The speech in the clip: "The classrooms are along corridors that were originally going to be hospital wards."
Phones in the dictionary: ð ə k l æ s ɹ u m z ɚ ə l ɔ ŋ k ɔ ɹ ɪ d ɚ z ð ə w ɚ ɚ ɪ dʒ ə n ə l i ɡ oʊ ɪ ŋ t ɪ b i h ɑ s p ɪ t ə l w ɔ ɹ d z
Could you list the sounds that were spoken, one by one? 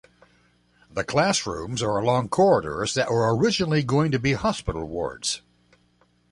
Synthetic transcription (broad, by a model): ð ə k l æ s ɹ u m z ɚ ə l ɔ ŋ k ɔ ɹ ɪ d ɚ z ð ə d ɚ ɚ ɪ dʒ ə n l i ɡ oʊ ɪ ŋ t ɪ b i h ɑ s p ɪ t l w ɔ ɹ d z